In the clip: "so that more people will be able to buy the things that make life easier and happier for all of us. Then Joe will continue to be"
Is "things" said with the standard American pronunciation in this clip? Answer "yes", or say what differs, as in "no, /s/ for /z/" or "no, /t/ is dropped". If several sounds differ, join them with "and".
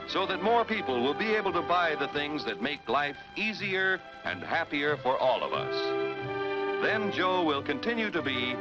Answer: yes